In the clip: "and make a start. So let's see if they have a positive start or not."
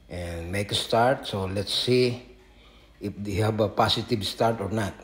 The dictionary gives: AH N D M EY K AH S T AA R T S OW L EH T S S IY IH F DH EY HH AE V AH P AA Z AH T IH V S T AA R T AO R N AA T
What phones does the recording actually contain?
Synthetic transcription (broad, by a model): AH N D M EY K AH S T AA R T S OW L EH T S S IY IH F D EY HH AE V AH P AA S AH T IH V S T AA R T AO R N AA T